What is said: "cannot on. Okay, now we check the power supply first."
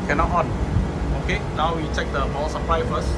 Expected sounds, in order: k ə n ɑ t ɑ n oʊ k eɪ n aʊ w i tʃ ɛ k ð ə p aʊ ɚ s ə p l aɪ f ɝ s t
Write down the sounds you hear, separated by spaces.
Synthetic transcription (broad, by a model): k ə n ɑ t ɑ n oʊ k eɪ n aʊ w i tʃ ɛ k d ə b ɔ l s ə p l aɪ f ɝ s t